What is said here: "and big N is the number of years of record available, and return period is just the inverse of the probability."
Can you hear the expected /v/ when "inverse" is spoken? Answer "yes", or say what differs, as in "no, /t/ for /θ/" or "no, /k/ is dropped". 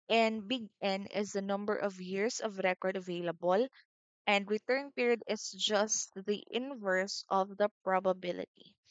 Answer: yes